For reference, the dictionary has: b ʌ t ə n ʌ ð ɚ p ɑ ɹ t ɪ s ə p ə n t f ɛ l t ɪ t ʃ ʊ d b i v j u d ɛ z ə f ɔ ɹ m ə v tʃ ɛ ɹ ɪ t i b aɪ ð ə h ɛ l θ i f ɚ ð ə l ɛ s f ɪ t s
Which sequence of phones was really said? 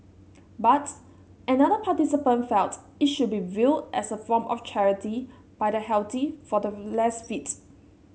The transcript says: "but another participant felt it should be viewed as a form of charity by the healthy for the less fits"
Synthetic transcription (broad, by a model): b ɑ t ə n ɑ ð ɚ p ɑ t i s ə p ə n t f ɛ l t ɪ t ʃ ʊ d b i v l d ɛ s ə f ɔ m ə f tʃ ɛ ɹ ɪ t i b aɪ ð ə h ɛ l t i f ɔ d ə l ɛ s f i t